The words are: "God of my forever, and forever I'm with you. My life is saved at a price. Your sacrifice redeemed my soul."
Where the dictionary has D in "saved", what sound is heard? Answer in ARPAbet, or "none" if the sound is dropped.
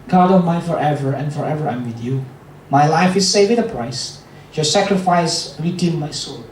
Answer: none